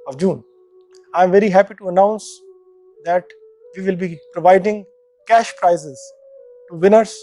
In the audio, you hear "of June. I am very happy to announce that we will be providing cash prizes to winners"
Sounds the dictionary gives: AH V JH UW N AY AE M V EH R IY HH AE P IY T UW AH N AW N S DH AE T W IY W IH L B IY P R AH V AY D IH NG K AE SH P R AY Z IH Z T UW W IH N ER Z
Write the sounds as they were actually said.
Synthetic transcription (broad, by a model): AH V JH UW N AY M V EH R IY HH AE P IY T UW AH N AW N S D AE T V IY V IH L B IY P R AH V AY D IH NG K AE SH P R AY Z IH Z T UW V IH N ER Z